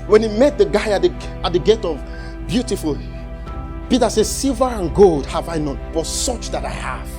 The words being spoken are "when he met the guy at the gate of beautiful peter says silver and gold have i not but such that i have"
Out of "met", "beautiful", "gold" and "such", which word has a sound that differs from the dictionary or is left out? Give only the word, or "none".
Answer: none